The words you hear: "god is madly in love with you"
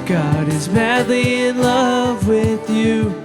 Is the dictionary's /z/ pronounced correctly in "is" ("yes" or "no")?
yes